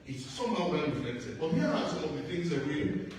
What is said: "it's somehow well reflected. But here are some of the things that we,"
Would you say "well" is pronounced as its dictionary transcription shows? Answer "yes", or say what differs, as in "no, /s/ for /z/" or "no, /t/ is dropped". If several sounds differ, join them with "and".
no, /n/ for /l/